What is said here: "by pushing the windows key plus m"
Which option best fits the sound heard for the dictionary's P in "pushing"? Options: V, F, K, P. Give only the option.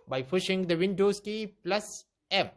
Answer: F